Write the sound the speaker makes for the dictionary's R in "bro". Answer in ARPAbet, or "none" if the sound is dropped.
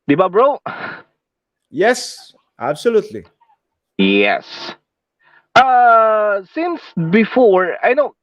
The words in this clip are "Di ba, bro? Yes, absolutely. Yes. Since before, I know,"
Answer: R